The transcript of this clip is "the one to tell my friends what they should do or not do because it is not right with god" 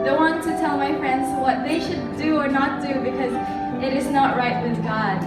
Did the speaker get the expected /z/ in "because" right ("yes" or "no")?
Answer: yes